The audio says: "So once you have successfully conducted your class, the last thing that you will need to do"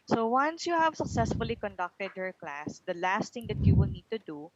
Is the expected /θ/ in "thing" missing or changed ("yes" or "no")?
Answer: yes